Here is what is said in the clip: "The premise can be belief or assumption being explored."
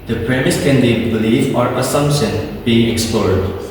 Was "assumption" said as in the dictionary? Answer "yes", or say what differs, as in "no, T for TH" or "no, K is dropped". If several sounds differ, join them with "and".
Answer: yes